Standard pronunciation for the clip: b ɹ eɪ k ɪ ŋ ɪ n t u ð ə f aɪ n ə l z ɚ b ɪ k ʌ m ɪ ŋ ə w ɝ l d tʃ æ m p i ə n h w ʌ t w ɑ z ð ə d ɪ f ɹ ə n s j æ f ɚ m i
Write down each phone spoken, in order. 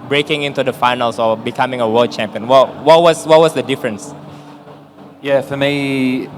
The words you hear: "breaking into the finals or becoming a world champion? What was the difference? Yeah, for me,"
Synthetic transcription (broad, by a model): b ɹ eɪ k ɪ ŋ ɪ n t u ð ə f aɪ n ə l s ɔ b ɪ k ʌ m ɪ ŋ ə w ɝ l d tʃ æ m p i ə n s w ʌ t w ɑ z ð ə d ɪ f ɹ ə n s j æ f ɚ m i